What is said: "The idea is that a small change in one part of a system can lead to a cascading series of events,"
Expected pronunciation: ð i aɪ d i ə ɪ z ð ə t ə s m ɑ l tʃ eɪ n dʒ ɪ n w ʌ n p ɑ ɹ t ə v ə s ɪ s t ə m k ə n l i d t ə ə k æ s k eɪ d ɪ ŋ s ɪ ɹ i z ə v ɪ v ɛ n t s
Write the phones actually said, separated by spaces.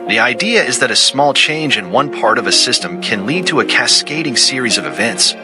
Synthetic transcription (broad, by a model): ð i aɪ d i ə ɪ z ð ə t ə s m ɑ l tʃ eɪ n dʒ ɪ n w ʌ n p ɑ ɹ t ə v ə s ɪ s t ə m k ə n l i d t ə ə k æ s k eɪ d ɪ ŋ s ɪ ɹ i z ə v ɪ v ɛ n t s